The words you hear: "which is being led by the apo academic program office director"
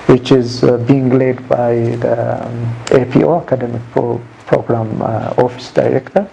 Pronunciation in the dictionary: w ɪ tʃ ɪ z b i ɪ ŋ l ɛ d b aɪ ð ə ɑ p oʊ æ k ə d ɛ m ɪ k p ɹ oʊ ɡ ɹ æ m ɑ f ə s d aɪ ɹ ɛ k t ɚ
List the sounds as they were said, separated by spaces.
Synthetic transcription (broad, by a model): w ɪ tʃ ɪ z b i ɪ ŋ l ɛ d b aɪ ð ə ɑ p oʊ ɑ k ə d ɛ m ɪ k p ɹ oʊ ɡ ɹ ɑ m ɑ f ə s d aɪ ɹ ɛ k t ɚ